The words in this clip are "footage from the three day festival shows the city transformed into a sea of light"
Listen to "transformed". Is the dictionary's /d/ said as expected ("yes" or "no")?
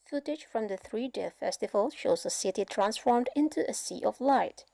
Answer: yes